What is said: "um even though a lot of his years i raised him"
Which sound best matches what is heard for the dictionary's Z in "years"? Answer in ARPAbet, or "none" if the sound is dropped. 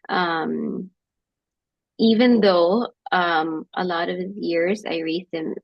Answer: Z